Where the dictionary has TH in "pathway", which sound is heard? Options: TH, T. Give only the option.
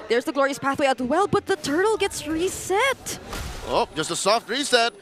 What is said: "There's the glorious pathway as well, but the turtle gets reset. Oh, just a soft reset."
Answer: TH